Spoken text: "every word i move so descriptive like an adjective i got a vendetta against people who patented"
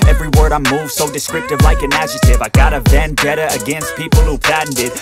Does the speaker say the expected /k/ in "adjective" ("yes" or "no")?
no